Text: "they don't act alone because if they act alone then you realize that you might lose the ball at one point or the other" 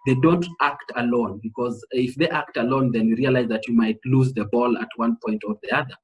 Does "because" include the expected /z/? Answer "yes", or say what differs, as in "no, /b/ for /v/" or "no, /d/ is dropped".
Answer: yes